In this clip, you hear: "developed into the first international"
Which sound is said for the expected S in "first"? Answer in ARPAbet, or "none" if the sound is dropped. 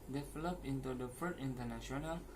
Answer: none